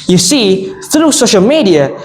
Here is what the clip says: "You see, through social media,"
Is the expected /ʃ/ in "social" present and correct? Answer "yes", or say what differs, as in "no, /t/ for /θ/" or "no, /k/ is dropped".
yes